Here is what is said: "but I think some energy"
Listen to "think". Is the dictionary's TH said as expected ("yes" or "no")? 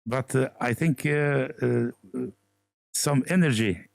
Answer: yes